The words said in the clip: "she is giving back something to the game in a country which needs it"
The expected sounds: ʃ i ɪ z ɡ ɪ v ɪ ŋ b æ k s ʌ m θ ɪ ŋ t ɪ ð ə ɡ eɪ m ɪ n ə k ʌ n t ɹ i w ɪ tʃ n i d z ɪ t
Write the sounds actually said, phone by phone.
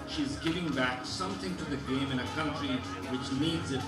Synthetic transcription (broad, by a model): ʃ i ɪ z ɡ ɪ v ɪ ŋ b æ k s ʌ m θ ɪ ŋ t ɪ ð ə ɡ eɪ m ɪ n ə k ʌ n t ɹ i w ɪ tʃ n i d z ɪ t